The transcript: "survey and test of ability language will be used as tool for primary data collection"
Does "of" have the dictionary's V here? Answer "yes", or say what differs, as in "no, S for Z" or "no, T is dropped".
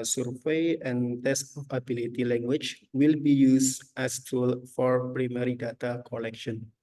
no, P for V